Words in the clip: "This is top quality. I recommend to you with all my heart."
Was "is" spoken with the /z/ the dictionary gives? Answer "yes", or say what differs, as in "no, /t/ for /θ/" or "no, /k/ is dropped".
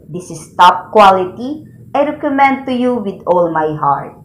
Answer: no, /s/ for /z/